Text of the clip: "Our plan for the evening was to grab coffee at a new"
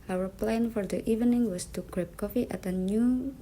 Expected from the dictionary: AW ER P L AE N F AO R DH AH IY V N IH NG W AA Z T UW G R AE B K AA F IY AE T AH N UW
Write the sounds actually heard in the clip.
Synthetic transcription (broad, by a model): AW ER P L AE N F AO R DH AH IY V N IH NG W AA S T UW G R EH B K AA F IY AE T AH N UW